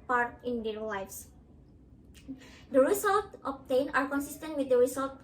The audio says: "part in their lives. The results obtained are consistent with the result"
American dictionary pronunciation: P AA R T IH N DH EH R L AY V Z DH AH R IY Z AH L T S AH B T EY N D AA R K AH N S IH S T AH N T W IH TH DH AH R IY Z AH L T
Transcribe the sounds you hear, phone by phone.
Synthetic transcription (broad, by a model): P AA R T IH N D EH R L AY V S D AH R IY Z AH L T AH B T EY N AA R K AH N S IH S T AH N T W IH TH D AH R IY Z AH L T